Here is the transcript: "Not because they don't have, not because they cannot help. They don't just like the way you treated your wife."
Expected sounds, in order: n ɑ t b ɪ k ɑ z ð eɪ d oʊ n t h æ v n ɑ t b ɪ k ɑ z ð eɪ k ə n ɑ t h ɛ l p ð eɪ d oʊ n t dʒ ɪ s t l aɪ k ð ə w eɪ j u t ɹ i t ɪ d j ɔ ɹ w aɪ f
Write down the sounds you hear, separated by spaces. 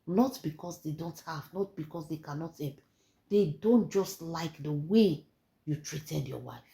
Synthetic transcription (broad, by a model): n ɑ t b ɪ k ɑ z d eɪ d oʊ n t h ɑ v n ɑ t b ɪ k ɑ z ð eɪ k ə n ɑ t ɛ p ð eɪ d oʊ n t dʒ ɪ s t l aɪ k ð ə w eɪ j u t ɹ i t ɪ d j ɔ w aɪ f